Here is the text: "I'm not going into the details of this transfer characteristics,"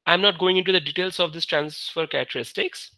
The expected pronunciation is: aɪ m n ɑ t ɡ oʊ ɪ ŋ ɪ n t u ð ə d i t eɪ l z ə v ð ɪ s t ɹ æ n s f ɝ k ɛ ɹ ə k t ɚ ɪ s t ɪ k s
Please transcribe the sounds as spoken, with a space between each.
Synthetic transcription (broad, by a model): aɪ m n ɑ t ɡ oʊ ɪ ŋ ɪ n t u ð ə d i t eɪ l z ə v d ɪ s t ɹ æ n s f ɝ k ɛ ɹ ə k t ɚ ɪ s t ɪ k s